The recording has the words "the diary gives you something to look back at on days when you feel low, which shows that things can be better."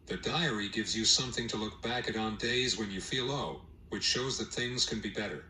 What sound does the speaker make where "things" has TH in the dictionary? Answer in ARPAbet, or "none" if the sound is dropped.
TH